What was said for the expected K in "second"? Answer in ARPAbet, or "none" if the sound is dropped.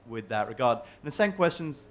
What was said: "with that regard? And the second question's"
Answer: none